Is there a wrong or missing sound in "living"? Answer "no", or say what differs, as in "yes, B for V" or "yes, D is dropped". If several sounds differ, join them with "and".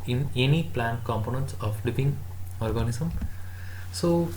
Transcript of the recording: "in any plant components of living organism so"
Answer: yes, P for V